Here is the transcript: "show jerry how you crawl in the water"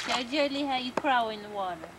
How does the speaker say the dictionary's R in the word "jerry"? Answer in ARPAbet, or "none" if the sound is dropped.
L